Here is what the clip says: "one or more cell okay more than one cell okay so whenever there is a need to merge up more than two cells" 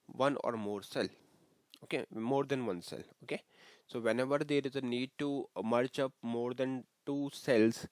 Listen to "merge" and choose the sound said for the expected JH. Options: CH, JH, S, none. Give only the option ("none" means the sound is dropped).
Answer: CH